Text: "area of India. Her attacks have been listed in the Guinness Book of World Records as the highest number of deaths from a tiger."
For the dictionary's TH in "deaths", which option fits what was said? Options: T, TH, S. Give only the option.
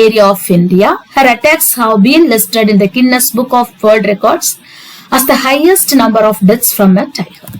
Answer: T